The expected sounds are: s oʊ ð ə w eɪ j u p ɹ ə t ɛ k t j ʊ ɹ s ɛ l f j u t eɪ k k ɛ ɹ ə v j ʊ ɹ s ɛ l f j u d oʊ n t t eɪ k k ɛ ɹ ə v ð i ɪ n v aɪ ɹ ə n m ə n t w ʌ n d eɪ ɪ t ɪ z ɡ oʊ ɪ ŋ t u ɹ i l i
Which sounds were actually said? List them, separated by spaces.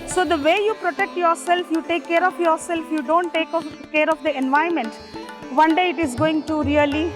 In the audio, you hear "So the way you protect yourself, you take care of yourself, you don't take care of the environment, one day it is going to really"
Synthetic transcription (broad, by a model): s oʊ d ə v eɪ j u p ɹ ə t ɛ k t j ʊ ɹ s ɛ l f j u t eɪ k k ɛ ɹ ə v j ʊ ɹ s ɛ l f j u d oʊ n t t eɪ k k ɛ ɹ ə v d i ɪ n v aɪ ə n m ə n t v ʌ n d eɪ ɪ t ɪ z ɡ oʊ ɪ ŋ t u ɹ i l i